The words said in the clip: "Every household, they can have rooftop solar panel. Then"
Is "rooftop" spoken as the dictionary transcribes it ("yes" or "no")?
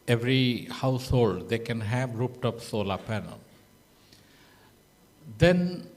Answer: no